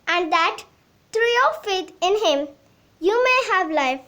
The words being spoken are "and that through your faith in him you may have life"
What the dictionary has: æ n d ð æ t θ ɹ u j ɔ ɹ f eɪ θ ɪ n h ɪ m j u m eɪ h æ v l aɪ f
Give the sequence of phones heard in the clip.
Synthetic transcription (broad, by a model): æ n d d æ t t ɹ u j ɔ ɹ f eɪ t ɪ n h ɪ m j u m eɪ h æ v l aɪ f